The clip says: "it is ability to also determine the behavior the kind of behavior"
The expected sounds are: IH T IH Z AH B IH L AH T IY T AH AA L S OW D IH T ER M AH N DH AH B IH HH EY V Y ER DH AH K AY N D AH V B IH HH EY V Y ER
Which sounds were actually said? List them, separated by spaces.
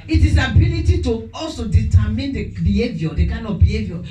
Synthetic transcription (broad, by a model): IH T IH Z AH B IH L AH T IY T AH AA L S OW D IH T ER M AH N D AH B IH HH EY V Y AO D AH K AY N AH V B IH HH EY V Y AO